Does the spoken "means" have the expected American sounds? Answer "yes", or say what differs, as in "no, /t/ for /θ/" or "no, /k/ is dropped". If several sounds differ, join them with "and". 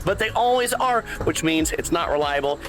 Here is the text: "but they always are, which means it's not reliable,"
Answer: yes